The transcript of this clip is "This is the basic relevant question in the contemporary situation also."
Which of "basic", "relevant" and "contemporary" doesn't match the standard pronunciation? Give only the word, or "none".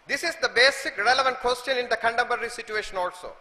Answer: contemporary